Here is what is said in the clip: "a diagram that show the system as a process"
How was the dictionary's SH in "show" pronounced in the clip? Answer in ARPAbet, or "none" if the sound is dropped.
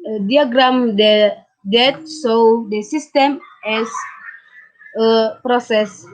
S